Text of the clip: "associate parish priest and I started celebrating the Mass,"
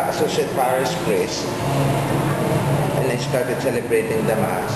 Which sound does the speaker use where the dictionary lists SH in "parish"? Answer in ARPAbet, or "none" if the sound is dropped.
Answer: S